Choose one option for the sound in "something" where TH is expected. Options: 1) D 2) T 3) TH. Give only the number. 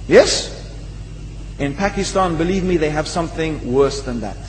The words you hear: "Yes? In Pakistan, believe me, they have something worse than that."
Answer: 3